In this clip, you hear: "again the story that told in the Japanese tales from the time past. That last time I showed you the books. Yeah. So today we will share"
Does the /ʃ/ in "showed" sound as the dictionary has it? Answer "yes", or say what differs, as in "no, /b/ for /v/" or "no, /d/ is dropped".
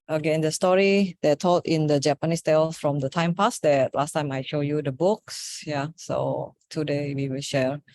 yes